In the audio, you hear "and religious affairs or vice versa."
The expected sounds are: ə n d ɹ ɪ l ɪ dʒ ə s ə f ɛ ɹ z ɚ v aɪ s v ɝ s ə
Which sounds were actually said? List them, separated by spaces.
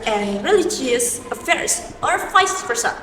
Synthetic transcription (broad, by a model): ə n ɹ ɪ l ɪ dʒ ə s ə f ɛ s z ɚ f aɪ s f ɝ s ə